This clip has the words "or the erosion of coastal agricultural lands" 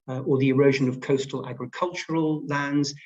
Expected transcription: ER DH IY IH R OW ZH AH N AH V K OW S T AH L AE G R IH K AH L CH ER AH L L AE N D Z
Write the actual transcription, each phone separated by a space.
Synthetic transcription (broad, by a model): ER DH IY IH R OW ZH AH N AH V K OW S T AH L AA G R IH K AH L CH ER AH L L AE N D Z